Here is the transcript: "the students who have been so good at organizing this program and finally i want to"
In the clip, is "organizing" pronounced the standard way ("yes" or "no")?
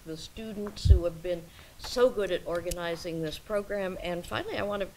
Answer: yes